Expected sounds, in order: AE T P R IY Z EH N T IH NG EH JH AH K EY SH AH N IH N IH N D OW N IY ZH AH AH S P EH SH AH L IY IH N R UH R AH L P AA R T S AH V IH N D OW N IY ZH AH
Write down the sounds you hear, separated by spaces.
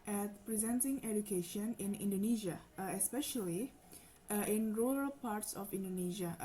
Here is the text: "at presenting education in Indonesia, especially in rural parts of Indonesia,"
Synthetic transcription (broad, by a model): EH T P R IY Z EH N T IH NG EH JH AH K EY SH AH N IH N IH N D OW N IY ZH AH AH S P EH SH AH L IY IH N R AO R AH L P AA R T S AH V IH N D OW N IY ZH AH